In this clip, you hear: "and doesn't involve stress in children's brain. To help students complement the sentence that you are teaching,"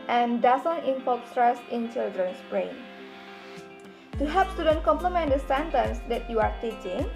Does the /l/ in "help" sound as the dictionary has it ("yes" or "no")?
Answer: no